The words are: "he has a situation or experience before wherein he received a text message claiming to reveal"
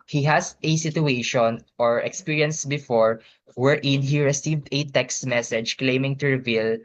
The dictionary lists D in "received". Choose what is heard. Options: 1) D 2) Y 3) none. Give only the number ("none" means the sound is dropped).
1